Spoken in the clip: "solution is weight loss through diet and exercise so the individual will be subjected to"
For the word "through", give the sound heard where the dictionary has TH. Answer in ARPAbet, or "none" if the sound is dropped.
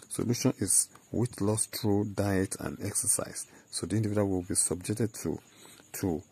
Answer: T